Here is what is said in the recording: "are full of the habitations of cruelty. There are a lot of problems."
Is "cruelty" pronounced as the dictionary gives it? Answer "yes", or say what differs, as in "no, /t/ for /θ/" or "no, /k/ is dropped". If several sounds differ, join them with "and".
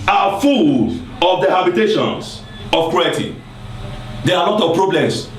no, /l/ is dropped